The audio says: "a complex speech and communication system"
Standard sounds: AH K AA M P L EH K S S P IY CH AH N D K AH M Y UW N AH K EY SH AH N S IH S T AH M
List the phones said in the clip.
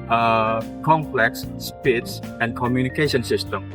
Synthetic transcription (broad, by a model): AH K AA M P L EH K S S P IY S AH N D K AH M Y UW N AH K EY SH AH N S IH S T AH M